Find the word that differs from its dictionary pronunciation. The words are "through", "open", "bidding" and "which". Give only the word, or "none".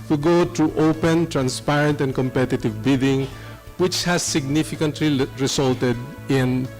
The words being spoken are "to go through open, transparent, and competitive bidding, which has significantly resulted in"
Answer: through